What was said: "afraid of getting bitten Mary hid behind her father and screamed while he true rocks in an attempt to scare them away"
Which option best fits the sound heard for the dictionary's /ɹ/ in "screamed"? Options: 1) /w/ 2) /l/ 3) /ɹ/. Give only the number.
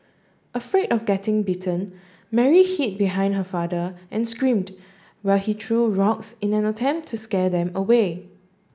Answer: 3